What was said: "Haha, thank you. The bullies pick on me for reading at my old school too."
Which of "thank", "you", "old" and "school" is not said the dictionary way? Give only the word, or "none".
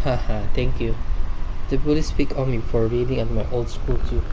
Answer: thank